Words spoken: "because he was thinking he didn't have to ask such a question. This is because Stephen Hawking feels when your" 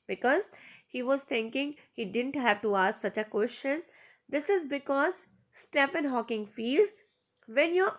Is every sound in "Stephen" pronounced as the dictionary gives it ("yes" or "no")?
no